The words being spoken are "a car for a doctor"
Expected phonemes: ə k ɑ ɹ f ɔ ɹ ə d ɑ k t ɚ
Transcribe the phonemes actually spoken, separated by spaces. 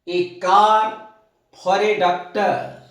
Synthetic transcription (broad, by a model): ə k ɑ ɹ p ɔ ɹ ə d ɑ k t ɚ